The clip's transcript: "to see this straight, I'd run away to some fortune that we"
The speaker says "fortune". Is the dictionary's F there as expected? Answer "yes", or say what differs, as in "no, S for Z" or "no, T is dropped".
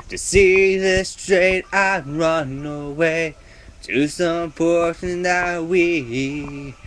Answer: no, P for F